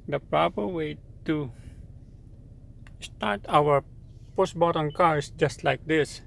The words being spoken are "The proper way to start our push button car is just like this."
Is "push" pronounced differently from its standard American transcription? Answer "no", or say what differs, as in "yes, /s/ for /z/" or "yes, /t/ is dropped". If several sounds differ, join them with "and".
yes, /s/ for /ʃ/